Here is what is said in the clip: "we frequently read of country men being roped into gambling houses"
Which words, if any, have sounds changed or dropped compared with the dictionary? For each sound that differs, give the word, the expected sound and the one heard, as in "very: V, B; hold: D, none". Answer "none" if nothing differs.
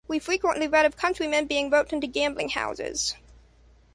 roped: P, none